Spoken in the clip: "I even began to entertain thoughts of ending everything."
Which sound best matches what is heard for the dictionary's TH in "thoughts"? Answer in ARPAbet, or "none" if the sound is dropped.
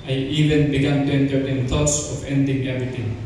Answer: T